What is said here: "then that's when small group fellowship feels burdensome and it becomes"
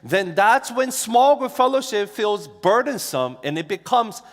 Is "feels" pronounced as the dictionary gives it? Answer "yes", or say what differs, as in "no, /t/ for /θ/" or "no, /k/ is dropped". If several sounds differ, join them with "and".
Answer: yes